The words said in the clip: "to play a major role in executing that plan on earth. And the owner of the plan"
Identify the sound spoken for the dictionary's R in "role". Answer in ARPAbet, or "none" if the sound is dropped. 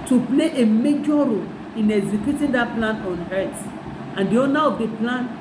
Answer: R